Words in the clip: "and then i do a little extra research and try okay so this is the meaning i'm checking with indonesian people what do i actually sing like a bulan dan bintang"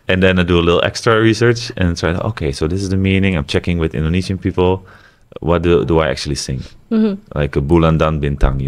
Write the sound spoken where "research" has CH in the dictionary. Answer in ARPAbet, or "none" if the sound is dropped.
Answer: CH